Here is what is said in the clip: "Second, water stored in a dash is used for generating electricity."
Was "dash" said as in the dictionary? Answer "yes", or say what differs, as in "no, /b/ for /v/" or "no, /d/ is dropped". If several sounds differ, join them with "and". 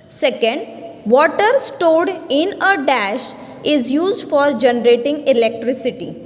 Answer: yes